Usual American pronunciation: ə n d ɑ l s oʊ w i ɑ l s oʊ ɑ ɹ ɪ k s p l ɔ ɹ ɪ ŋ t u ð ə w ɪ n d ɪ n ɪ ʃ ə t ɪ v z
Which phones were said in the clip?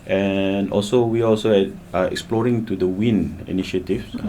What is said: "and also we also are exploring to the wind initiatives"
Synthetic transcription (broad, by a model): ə n ɑ l s oʊ w i ɑ l s oʊ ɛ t ɪ k s p l ɔ ɹ ɪ ŋ t u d ə w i n ɪ n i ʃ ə t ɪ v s